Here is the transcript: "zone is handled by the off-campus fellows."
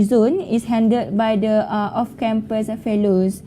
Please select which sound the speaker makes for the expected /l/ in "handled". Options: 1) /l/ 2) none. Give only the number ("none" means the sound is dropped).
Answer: 2